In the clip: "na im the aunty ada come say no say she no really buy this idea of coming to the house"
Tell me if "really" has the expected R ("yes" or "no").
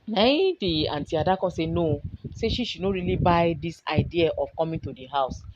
yes